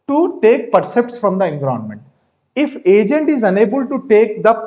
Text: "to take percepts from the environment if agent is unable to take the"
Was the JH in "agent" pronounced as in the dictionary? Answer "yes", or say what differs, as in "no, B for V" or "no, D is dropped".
yes